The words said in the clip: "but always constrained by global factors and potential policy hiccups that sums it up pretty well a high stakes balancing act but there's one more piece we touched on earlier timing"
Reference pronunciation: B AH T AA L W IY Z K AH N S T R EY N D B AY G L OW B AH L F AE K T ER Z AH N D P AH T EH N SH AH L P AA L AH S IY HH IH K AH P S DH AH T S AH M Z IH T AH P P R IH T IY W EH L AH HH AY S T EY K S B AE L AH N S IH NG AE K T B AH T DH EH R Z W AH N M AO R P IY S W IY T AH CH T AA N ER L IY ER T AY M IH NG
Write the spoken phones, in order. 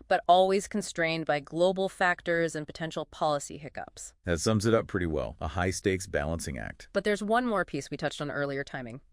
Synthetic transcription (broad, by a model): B AH T AA L W IY Z K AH N S T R EY N B AY G L OW B L F AE K T ER Z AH N P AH T EH N SH L P AA L AH S IY HH IH K AH P S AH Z S AH M Z IH T AH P P R IH T IY W EH L AH HH AY S T EY K S B AE L AH N S IH NG AE K T B AH T DH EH R Z W AH N M AO R P IY S W IY T AH CH T N ER L IY ER T AY M IH NG